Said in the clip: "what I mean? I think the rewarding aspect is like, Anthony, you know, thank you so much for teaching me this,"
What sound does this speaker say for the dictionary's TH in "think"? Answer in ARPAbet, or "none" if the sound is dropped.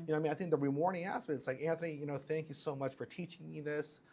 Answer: TH